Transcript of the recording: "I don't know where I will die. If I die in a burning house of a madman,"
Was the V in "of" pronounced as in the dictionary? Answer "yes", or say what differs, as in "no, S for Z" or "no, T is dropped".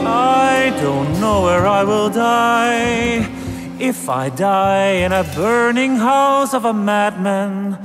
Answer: yes